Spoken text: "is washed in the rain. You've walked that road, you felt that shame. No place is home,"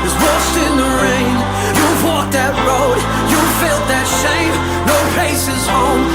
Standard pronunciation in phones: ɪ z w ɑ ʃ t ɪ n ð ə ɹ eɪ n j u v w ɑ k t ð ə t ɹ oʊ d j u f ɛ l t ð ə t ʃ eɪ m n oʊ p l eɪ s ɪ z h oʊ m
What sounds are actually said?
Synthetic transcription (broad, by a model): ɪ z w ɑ s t ɪ n ð ə ɹ eɪ n j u w ɑ k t ð ə t ɹ oʊ d j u f ɛ l t ð ə t ʃ eɪ m n oʊ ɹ eɪ s ɪ z h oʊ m